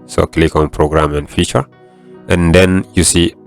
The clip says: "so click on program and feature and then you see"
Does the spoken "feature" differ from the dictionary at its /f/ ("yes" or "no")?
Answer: no